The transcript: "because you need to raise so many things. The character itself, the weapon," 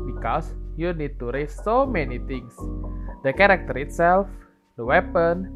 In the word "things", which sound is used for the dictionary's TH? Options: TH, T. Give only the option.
T